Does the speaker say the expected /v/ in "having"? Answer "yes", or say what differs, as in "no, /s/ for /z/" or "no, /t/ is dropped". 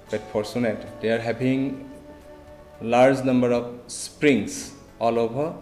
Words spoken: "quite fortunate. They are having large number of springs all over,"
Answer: no, /b/ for /v/